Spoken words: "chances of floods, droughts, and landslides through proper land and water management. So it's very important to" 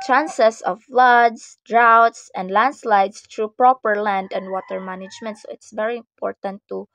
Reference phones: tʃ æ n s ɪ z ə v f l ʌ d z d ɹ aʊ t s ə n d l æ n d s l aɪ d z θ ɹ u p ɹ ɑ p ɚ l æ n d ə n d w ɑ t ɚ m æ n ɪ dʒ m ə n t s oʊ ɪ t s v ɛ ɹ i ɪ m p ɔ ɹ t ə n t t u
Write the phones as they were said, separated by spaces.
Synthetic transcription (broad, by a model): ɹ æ n s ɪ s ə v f l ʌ d s d ɹ aʊ t s ə n d l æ n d s l aɪ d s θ ɹ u p ɹ ɑ p ɚ l æ n d ə n d w ɑ t ɚ m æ n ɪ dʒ m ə n t s oʊ ɪ t s v ɛ ɹ i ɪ m p ɔ ɹ t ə n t t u